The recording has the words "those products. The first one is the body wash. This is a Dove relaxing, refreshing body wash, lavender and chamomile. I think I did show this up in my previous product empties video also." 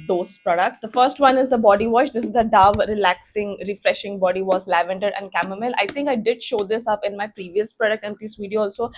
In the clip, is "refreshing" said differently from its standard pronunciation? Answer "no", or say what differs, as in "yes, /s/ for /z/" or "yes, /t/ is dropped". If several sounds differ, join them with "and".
no